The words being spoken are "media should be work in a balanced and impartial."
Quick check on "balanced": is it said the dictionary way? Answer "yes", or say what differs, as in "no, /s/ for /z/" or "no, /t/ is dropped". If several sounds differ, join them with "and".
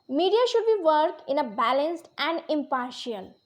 yes